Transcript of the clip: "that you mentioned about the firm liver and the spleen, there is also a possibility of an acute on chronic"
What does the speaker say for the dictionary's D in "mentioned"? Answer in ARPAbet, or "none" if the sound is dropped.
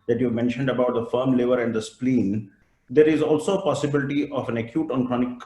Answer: D